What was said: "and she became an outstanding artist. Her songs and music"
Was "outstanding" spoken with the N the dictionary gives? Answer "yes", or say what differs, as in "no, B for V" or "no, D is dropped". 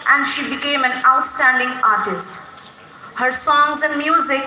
yes